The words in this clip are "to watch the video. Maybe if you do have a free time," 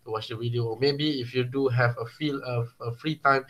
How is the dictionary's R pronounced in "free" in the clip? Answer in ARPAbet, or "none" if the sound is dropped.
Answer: R